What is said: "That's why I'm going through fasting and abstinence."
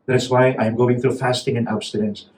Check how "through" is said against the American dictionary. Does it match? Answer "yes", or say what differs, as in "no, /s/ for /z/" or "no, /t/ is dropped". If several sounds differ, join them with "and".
yes